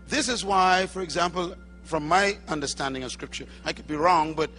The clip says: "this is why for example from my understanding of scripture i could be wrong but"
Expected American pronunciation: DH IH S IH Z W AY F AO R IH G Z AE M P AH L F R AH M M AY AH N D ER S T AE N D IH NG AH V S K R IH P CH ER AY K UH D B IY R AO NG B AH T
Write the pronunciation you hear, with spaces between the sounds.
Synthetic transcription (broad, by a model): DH IH S IH Z W AY F AO R IH G Z AE M P AH L F R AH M M AY AH N D ER S T AE N D IH NG AH V S K R IH P CH ER AY K UH D B IY R AO NG B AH T